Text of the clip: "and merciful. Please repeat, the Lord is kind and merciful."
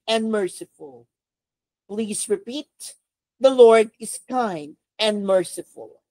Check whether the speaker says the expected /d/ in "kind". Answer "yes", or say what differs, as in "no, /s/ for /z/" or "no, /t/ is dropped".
yes